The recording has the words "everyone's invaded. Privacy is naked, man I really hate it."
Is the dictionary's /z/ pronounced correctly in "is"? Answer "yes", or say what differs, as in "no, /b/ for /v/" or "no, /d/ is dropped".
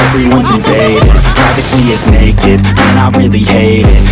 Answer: yes